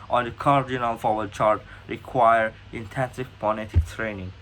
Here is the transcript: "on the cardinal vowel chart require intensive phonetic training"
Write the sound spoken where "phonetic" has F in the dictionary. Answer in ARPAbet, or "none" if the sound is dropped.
P